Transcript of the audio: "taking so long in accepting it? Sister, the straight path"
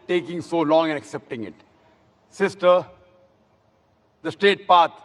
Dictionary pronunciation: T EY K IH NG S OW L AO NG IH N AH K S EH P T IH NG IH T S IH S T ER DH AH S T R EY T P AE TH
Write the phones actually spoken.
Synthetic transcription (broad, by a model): T EY K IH NG S OW L AO NG IH N AH K S EH P T IH NG IH T S IH S T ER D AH S T EY T P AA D